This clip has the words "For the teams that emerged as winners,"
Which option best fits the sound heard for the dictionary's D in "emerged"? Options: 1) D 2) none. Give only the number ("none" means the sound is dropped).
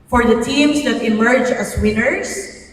2